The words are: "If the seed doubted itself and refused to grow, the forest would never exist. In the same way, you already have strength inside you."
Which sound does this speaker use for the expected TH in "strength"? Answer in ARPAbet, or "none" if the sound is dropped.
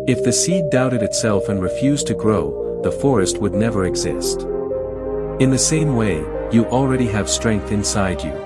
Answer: TH